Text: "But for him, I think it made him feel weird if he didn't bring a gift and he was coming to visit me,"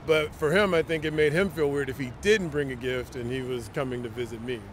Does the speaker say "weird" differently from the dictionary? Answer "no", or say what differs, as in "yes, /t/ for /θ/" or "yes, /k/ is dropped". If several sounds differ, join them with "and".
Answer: no